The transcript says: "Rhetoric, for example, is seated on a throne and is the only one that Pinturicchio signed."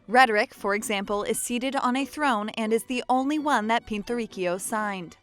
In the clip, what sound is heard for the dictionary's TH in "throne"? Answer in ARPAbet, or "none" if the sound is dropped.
TH